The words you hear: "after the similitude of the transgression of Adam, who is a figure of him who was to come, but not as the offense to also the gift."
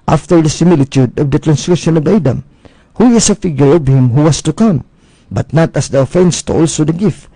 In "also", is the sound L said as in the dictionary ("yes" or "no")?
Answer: yes